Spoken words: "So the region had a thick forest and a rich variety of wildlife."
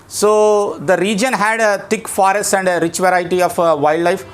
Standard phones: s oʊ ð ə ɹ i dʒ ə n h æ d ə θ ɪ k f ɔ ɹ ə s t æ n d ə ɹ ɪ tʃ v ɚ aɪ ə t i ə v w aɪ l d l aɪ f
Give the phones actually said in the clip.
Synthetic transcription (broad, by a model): s oʊ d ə ɹ i dʒ ə n h æ d ə t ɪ k f ɔ ɹ ə s t æ n d ə ɹ ɪ tʃ v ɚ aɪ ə t i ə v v aɪ l d l aɪ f